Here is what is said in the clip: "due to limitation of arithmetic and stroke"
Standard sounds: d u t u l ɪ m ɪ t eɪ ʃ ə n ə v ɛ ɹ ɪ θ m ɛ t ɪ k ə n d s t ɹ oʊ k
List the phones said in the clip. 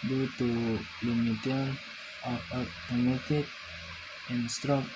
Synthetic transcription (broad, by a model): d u t u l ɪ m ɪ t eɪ ə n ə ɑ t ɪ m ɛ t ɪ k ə n s t ɹ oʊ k